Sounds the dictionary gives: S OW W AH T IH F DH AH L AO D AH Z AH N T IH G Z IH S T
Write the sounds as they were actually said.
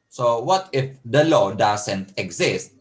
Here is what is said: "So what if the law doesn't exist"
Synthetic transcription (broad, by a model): S OW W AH T IH F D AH L AO D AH S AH N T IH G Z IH S T